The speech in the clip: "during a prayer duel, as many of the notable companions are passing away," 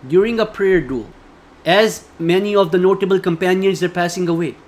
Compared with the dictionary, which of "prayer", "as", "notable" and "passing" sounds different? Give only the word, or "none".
none